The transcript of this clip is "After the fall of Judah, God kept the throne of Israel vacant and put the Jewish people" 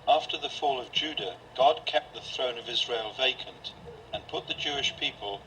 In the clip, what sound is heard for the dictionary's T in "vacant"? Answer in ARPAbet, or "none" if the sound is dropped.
T